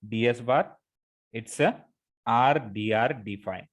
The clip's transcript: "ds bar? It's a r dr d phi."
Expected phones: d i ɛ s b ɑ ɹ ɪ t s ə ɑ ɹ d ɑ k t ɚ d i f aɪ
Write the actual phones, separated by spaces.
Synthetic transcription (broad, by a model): d i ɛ s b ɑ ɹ ɪ t s ə ɑ ɹ d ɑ t d i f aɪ